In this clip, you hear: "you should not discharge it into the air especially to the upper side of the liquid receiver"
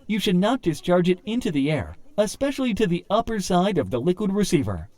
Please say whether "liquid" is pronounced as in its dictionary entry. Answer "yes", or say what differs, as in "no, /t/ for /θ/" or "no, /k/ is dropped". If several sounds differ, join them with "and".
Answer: yes